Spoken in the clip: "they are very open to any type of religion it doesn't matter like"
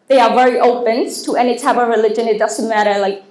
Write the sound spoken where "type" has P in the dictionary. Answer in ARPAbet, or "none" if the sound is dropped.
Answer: B